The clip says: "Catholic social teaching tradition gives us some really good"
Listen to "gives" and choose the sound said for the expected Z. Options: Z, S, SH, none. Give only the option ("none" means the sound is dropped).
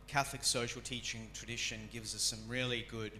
Z